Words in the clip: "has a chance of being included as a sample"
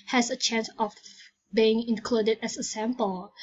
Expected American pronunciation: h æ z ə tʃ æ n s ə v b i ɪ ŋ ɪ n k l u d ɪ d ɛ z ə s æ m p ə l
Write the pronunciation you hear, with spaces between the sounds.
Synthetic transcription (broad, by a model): h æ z ə tʃ æ n s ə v b i ɪ ŋ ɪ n k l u d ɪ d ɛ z ə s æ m p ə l